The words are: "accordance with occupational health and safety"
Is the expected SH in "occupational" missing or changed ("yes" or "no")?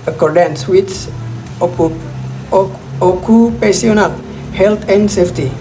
yes